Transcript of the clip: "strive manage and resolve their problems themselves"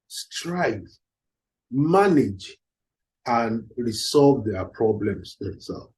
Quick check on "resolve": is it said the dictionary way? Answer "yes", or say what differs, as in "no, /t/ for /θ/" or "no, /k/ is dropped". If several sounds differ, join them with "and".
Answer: no, /s/ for /z/